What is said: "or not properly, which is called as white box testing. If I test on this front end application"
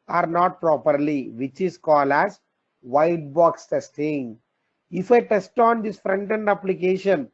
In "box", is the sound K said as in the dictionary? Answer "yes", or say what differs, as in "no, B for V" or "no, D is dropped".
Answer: yes